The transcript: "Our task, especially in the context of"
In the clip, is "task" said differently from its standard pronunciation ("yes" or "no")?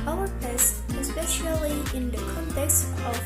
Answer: yes